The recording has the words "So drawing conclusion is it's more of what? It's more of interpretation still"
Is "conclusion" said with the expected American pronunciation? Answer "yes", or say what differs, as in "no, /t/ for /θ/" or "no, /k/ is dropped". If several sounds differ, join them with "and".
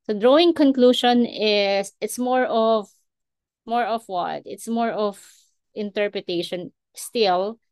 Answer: no, /ʃ/ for /ʒ/